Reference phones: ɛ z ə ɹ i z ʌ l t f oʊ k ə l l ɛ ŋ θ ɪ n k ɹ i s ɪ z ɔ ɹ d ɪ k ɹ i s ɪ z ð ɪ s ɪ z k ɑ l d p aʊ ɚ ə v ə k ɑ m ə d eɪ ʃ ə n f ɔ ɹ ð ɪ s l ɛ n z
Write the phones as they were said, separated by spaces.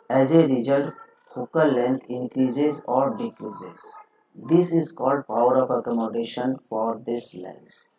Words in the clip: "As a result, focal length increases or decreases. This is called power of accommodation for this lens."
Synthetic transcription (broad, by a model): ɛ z ə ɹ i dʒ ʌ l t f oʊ k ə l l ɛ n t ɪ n k ɹ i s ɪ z ɔ ɹ d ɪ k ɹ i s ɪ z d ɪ s ɪ z k ɑ l d p aʊ ɚ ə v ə k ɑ m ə d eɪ ʃ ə n f ɔ ɹ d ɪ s l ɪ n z